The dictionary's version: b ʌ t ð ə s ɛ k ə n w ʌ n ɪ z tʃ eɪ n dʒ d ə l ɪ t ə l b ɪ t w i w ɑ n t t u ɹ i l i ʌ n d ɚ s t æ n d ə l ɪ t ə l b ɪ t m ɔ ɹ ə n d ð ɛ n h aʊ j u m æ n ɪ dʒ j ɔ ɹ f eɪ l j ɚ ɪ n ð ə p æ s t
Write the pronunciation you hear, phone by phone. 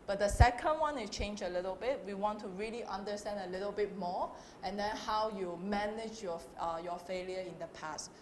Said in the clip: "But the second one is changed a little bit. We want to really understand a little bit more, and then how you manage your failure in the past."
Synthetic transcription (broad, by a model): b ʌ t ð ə s ɛ k ə n w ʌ n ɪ tʃ eɪ n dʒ ə l ɪ t ə l b ɪ t w i w ɑ n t t u ɹ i l i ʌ n d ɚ s t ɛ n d ə l ɪ t ə l b ɪ t m ɔ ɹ ə n d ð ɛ n h aʊ j u m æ n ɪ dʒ j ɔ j f eɪ l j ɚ ɪ n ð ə p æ s t